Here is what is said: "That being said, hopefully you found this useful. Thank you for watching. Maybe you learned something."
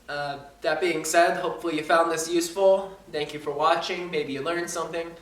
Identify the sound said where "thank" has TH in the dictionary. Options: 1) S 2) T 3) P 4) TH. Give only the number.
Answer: 4